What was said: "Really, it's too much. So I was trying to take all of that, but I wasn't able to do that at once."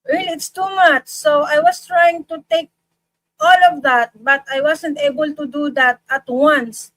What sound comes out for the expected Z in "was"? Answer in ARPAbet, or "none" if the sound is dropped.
S